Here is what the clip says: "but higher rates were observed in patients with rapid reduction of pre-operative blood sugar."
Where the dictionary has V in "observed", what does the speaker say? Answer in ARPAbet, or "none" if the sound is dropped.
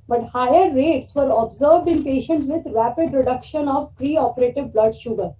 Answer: V